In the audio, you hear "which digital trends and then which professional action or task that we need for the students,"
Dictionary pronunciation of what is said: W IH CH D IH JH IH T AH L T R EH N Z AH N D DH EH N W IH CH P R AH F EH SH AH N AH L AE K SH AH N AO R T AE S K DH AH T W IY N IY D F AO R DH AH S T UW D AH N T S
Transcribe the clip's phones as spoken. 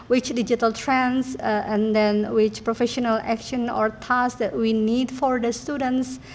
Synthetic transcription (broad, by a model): W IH CH D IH JH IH T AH L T R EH N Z AH N D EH N W IH CH P R AH F EH SH AH N AH L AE K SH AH N AO R T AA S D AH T W IY N IY D F AO R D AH S T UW D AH N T S